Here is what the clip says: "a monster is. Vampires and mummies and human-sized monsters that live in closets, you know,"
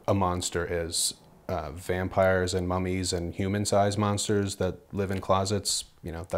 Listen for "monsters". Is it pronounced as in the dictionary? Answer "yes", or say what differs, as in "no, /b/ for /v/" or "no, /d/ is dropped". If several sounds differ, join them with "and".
yes